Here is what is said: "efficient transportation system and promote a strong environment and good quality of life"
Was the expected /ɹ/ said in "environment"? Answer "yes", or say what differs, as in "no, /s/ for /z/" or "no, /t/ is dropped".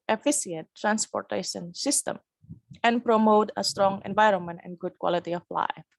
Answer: yes